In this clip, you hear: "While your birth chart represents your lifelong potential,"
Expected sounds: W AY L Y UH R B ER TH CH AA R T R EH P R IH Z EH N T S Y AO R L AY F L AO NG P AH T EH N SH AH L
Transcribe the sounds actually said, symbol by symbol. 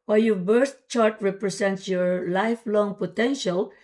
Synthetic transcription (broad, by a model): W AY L Y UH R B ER T CH AA R T R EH P R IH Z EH N T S Y AO R L AY F L AO NG P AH T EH N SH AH L